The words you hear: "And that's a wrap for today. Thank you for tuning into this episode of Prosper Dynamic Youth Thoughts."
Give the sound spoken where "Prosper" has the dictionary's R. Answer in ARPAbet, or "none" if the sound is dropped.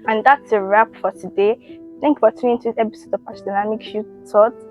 none